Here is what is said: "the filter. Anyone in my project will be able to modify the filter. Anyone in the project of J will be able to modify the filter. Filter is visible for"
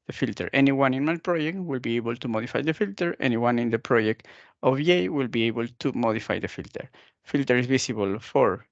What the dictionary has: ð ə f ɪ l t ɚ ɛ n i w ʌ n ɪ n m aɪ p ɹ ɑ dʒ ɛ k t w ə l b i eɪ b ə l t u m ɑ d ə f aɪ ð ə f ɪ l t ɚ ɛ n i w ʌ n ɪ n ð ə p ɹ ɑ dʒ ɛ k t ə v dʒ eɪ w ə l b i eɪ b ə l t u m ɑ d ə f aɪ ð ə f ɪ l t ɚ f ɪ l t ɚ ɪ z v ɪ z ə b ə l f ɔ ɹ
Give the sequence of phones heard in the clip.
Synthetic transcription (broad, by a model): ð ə f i l t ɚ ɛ n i w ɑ n ɪ n m aɪ p ɹ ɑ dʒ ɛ k t w ə l b i eɪ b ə l t u m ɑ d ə f aɪ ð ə f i l t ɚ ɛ n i w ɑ n ɪ n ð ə p ɹ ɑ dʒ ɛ k t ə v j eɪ w ə l b i eɪ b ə l t u m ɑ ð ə f aɪ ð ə f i l t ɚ f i l t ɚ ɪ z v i s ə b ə l f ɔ ɹ